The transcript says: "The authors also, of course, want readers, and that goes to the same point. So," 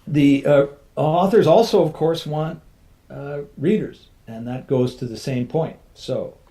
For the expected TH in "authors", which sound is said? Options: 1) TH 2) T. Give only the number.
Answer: 1